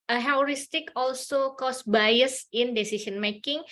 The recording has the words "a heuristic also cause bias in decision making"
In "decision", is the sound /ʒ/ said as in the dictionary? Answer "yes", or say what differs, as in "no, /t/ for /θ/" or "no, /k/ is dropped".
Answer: no, /s/ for /ʒ/